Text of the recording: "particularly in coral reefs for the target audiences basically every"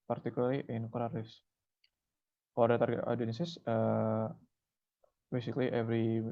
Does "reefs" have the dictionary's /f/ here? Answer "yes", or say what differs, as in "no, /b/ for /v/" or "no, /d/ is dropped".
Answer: no, /f/ is dropped